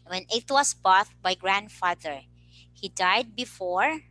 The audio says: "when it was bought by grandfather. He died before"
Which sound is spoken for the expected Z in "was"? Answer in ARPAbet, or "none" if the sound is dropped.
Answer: S